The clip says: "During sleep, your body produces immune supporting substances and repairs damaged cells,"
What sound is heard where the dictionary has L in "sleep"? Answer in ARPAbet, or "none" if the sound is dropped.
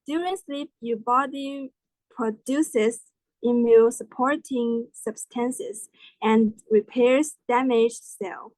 L